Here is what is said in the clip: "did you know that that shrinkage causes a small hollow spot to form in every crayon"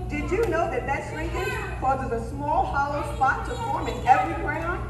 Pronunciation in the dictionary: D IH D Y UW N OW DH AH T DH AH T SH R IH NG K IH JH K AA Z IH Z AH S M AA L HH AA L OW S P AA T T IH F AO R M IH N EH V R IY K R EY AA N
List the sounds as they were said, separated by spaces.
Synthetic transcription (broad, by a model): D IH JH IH N OW DH AH T DH AH T S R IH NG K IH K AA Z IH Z AH S M AA L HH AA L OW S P AA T T IH F AO R M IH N EH V R IY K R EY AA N